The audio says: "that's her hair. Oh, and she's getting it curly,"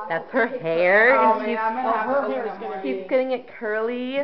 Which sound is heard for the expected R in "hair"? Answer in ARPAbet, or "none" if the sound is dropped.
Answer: R